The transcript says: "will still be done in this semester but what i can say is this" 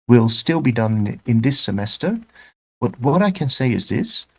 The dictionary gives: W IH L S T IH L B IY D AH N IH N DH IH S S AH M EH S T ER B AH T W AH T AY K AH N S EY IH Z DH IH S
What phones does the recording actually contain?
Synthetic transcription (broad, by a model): W IH L S T IH L B IY D AH N IH N DH IH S S AH M EH S T ER B AH T W AH T AY K AH N S EY IH Z DH IH S